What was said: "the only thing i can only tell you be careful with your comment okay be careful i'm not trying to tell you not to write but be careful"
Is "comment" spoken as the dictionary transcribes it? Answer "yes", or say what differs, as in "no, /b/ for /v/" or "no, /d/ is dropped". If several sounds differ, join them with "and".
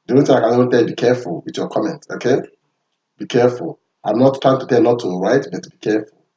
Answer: yes